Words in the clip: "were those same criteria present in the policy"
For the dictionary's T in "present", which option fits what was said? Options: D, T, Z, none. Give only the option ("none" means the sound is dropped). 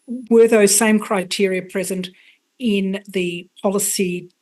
T